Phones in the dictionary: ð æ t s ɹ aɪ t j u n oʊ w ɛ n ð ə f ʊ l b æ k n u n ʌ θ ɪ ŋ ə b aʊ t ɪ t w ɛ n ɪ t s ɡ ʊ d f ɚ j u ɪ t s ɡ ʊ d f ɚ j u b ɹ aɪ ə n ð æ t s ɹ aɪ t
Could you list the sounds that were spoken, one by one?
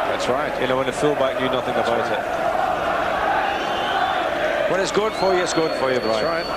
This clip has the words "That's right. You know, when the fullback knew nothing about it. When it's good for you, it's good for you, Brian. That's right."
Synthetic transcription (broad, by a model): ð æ t s ɹ aɪ t j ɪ n oʊ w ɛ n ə f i l b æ k n u n ʌ θ ɪ ŋ ə b aʊ t ɪ t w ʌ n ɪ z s ɡ ʊ d f ɚ j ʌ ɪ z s ɡ ʊ d f ɚ j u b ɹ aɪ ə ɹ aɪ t